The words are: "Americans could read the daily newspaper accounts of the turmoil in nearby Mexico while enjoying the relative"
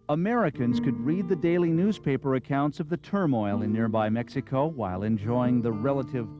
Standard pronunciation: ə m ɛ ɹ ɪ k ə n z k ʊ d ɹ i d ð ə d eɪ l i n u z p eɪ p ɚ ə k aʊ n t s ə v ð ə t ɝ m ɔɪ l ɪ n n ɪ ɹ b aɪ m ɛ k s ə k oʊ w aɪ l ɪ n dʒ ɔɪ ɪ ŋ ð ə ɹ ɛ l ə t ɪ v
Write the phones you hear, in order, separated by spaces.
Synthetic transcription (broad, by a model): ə m ɛ ɹ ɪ k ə n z k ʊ d ɹ i d ð ə d eɪ l i n u z p eɪ p ɚ ə k aʊ n t s ə v ð ə t ɝ m ɔɪ l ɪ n n ɪ ɹ b aɪ m ɛ k s ə k oʊ w aɪ l ɪ n dʒ ɔɪ ɪ ŋ ð ə ɹ ɛ l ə t ɪ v